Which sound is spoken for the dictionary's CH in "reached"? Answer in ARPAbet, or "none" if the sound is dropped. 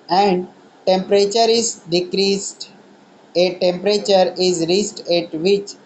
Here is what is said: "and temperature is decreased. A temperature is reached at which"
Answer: S